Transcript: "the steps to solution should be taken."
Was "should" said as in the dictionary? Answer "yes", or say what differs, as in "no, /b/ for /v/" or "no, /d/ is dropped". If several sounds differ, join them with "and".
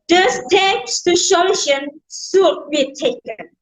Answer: no, /s/ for /ʃ/